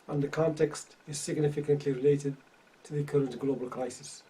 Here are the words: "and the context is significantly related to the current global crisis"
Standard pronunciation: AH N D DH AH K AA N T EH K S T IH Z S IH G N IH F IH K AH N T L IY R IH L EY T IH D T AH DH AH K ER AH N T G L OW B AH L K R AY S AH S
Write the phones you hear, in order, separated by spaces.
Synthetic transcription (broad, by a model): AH N DH AH K AA N T EH K S T IH Z S IH G N IH F IH K AH N T L IY R IH L EY T IH D T AH DH AH K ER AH N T G L OW B AH L K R AY S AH S